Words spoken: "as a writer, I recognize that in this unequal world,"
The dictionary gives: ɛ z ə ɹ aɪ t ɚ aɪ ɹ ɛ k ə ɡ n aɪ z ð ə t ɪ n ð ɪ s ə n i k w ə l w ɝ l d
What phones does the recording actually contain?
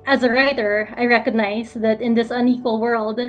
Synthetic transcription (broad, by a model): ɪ z ə ɹ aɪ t ɚ aɪ ɹ ɛ k ə ɡ n aɪ z ð ə t ɪ n ð ɪ s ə n i k w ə l w ɝ l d